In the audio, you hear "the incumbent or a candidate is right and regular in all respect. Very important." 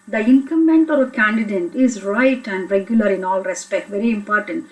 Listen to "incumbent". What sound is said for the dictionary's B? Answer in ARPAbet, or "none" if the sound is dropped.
none